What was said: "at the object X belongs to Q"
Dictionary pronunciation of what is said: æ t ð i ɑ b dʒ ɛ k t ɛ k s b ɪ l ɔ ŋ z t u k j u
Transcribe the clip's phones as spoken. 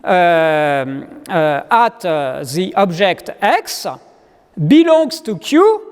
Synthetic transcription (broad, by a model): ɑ t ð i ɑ b ʒ ɛ k t ɛ k s b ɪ l ɔ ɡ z t u k j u